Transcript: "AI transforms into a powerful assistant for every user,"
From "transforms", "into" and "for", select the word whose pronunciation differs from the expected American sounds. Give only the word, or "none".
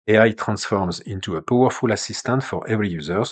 none